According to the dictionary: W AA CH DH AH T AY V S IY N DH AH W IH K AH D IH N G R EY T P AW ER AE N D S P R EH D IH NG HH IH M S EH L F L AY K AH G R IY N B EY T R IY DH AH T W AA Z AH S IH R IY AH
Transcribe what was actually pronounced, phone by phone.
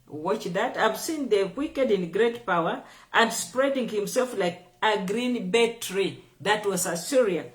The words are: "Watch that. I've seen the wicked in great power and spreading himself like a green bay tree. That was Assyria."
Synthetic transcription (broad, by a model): W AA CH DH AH T AY V S IY N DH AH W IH K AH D IH N G R EY T P AW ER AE N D S P R EH D IH NG HH IH M S EH L F L AY K AH G R IY N B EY T R IY DH AH T W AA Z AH S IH R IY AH